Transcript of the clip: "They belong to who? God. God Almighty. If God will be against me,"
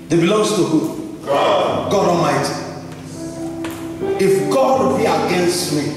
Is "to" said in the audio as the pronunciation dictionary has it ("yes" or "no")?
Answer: yes